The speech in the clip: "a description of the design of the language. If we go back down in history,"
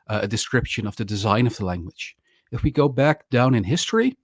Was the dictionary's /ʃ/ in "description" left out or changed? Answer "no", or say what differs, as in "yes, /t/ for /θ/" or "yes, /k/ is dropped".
no